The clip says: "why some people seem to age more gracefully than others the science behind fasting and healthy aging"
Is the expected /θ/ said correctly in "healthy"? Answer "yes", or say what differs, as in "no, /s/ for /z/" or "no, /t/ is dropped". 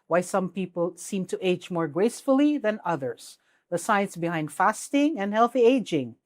yes